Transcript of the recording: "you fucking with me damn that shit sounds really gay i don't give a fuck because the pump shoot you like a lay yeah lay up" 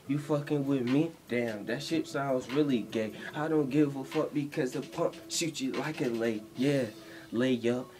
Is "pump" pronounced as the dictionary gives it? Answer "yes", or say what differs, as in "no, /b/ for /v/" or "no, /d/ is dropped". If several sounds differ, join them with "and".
no, /m/ is dropped